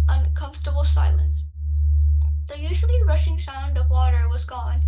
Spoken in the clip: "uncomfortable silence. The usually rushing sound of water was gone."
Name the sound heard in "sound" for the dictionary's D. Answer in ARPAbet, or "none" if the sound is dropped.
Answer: D